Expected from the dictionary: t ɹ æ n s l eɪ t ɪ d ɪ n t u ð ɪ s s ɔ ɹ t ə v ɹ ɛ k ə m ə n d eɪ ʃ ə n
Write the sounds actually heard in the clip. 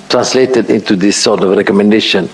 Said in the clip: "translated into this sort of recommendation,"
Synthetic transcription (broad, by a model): t ɹ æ n s l eɪ t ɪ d ɪ n t u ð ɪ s s ɔ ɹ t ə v ɹ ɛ k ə m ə n d eɪ ʃ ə n